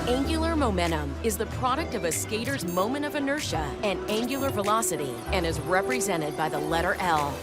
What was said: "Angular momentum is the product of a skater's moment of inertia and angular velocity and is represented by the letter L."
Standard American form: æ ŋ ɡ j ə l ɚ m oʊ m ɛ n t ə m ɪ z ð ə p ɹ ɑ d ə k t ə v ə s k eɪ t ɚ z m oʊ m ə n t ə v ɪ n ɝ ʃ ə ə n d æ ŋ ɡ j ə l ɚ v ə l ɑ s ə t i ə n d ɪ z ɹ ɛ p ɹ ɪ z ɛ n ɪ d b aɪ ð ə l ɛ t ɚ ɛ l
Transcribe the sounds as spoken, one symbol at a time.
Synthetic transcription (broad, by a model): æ ŋ ɡ j l ɚ m oʊ m ɛ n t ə m ɪ z ð ə p ɹ ɑ d ə k t ə v ə s k eɪ t ɚ z m oʊ m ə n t ə v ɪ n ɝ ʃ ə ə n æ ŋ ɡ j l ɚ v ə l ɑ s ə t i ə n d ɪ z ɹ ɛ p ɹ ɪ z ɛ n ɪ d b aɪ ð ə l ɛ t ɚ ɛ l